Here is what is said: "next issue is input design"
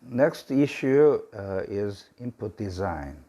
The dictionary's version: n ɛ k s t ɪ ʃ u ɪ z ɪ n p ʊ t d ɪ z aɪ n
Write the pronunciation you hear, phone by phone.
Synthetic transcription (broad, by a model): n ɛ k s t ɪ ʃ u ɪ z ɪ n p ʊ t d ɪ z aɪ n